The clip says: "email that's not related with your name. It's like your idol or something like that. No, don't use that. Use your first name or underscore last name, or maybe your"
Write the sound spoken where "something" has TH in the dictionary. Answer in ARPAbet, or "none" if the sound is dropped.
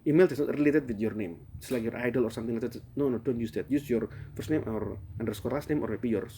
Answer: T